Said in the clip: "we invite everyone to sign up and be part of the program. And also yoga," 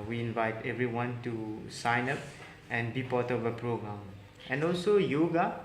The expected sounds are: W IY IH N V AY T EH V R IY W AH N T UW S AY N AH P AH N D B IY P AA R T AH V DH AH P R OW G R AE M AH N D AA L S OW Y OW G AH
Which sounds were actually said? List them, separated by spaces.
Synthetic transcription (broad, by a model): W IY IH N V AY T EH V R IY W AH N T UW S AY N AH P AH N B IY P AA T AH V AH P R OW G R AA M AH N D AA L S OW Y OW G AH